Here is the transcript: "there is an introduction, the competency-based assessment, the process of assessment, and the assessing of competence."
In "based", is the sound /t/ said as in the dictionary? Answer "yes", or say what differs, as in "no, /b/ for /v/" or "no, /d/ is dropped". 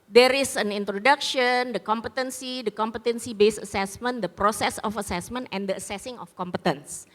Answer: no, /t/ is dropped